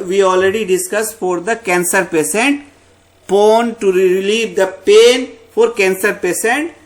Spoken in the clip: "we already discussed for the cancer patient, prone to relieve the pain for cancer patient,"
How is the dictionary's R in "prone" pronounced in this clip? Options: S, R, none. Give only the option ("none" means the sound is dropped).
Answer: none